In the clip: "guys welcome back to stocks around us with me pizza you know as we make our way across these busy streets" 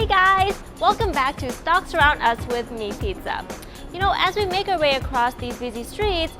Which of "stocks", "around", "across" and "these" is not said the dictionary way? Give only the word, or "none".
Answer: none